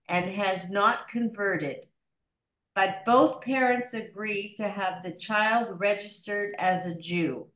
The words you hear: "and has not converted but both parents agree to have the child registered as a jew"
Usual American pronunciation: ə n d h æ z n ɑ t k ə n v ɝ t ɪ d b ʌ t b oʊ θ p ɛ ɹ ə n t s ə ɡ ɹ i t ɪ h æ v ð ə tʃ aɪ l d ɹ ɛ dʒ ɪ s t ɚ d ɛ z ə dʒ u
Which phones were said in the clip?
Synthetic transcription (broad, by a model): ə n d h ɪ z n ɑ t k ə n v ɝ t ɪ d b ʌ t b oʊ θ p ɛ ɹ ə n t s ə ɡ ɹ i t ɪ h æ v ð ə tʃ aɪ l d ɹ ɛ dʒ ɪ s t ɚ d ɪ z ə dʒ u